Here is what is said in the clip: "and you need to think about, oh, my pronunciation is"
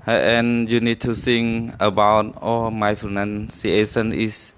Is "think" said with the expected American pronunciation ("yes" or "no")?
no